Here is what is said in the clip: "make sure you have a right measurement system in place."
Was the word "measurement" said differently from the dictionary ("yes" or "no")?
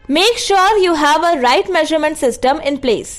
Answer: no